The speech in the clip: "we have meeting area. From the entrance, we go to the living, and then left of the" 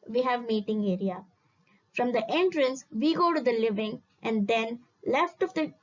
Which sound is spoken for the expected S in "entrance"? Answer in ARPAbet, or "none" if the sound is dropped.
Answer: S